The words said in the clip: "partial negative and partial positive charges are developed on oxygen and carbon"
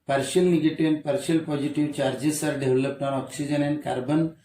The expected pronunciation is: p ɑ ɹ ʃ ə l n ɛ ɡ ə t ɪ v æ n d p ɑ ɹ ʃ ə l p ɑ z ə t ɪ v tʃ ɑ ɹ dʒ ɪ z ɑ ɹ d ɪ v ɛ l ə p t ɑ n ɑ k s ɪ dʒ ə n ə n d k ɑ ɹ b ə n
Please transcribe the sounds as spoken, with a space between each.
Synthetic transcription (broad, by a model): p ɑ ɹ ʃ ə l n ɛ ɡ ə t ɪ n p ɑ ɹ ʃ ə l p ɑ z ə t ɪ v tʃ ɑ ɹ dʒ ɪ s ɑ ɹ d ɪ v l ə p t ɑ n ɑ k s ɪ dʒ ə n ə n k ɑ ɹ b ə n